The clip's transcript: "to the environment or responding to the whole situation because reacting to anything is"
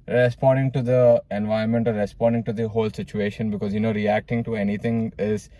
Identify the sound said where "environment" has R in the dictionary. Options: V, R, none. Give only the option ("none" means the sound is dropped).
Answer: none